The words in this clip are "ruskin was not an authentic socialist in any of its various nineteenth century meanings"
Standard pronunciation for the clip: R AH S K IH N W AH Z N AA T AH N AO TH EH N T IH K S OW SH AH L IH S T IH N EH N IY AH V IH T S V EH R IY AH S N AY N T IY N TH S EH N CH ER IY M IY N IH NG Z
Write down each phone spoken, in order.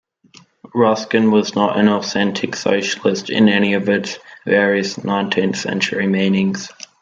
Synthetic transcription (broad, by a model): R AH S K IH N W AH Z N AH T AH N AO TH EH N T IH K S OW SH AH L IH S T IH N EH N IY AH V IH T S V EH R IY AH S N AY N T IY N TH S EH N CH ER IY M IY N IH NG Z